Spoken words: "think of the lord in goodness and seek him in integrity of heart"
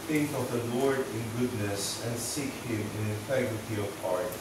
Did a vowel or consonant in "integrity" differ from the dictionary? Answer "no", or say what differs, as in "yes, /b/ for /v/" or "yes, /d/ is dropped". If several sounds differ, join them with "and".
yes, /ɹ/ is dropped